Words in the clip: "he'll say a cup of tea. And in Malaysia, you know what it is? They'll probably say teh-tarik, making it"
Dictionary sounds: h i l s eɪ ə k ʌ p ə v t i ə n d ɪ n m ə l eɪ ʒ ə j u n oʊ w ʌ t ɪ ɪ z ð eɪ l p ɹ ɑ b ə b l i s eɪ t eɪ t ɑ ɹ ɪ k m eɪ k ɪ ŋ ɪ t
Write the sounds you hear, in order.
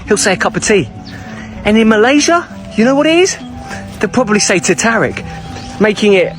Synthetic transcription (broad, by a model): h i l s eɪ ə k ʌ p ə v t i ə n ɪ n m ə l eɪ ʒ ə j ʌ n oʊ w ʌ t ɪ ɪ z ð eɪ p ɹ ɑ b ə b l i s eɪ t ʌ t ɑ ɹ ɪ k m eɪ k ɪ ŋ ɪ t